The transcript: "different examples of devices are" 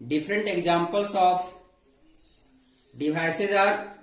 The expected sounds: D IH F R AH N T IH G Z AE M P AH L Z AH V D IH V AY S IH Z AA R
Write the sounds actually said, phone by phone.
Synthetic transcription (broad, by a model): D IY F R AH N T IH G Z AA M P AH L S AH P D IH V AY S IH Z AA R